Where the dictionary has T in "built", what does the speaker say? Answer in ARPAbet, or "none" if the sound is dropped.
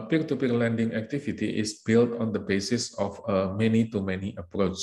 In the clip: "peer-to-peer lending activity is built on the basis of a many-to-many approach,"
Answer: T